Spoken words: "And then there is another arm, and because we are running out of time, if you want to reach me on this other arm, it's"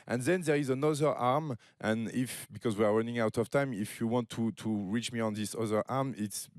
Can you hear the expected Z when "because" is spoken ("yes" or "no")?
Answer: yes